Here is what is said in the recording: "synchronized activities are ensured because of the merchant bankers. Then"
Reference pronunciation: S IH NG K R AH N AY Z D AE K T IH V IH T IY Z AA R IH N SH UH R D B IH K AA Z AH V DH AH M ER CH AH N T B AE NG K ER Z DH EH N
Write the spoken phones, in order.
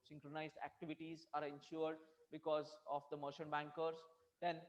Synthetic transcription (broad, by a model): S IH NG K R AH N AY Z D AE K T IH V IH T IY Z AA R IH N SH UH R D B IH K AA Z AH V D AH M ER SH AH N B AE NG K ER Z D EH N